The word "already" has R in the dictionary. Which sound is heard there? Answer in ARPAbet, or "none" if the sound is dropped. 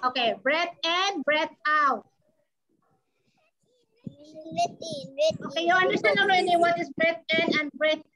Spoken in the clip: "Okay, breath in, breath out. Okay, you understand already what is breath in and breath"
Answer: none